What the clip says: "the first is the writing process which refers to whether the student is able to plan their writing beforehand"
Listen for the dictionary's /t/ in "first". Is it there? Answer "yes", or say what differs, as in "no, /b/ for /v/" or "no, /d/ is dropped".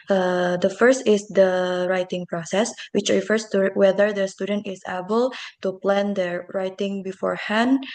yes